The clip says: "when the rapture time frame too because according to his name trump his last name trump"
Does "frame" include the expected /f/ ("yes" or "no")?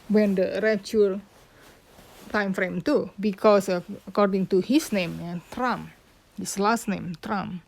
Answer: yes